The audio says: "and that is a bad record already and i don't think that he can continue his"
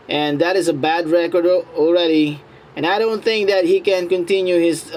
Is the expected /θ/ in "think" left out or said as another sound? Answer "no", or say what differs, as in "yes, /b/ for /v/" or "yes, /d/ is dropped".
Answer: no